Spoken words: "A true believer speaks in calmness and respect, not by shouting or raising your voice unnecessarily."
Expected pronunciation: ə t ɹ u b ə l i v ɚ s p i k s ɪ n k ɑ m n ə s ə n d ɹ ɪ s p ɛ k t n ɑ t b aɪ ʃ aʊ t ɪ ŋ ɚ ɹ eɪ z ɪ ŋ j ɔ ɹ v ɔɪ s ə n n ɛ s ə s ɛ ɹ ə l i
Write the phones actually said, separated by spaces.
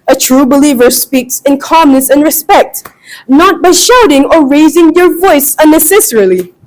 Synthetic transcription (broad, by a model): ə t ɹ u b ə l i v ɚ s p i k s ɪ n k ɑ m n ə s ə n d ɹ ɪ s p ɛ k t n ɑ t b aɪ ʃ aʊ t ɪ ŋ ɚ ɹ eɪ z ɪ ŋ j ɔ ɹ v ɔɪ s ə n n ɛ s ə s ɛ ɹ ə l i